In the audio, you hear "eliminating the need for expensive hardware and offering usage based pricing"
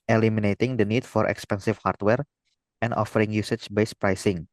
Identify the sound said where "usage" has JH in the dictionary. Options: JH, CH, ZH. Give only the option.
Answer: CH